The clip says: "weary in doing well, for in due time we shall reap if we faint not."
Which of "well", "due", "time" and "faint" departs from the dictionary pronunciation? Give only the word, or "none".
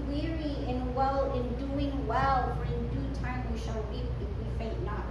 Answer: faint